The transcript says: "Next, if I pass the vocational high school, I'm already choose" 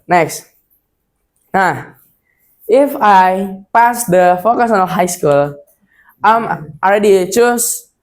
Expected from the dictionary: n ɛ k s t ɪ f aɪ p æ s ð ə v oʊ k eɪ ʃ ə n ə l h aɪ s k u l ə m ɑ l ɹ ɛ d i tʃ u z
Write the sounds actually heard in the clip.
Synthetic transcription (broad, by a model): n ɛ k s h ɪ f aɪ p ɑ s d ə f oʊ k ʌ s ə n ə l h aɪ s k u l ə m ɑ l ɹ ɛ d i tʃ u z